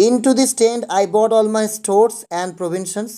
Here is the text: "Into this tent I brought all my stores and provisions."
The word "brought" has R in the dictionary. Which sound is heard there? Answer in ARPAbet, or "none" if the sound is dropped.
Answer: none